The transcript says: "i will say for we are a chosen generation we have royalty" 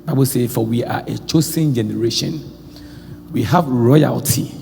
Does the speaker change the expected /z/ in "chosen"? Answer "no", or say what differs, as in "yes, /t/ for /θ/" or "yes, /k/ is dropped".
yes, /s/ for /z/